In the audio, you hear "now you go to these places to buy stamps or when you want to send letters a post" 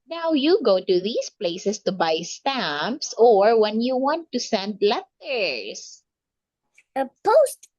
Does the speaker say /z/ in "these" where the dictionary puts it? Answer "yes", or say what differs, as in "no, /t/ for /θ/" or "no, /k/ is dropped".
no, /s/ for /z/